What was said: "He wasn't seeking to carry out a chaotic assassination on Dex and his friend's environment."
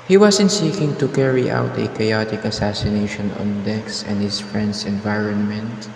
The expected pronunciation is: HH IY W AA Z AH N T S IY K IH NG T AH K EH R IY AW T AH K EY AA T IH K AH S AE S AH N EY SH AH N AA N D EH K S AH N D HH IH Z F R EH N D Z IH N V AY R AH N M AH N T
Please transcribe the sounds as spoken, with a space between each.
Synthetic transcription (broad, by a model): HH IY W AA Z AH N S IY K IH NG T AH K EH R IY AW T AH K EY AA T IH K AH S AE S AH N EY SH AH N AA N D EH K S AH N D HH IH S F R EH N D S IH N V AY R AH N M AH N T